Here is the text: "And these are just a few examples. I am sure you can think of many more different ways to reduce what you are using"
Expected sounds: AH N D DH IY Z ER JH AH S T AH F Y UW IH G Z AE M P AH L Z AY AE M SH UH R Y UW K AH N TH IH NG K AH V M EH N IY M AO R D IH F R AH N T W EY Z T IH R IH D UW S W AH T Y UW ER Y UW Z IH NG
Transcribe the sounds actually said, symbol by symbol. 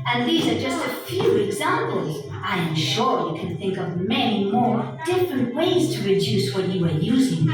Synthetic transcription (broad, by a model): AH N DH IY Z ER JH AH S T AH F Y UW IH G Z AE M P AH L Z AY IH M SH UH R Y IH K AH N TH IH NG K AH V M EH N IY M AO R D IH F R AH N T W EY Z T IH R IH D UW S W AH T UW ER Y UW Z IH NG